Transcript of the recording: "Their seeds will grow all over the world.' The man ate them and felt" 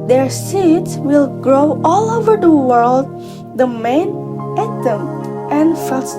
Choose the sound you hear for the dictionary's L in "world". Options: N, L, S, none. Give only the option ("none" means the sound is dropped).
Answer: L